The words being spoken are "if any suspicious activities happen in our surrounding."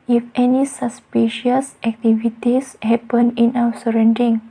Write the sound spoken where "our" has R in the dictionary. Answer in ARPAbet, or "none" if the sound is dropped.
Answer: W